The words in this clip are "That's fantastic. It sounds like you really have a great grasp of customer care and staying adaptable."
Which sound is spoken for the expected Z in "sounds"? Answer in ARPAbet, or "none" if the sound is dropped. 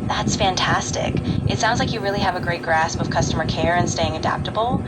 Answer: Z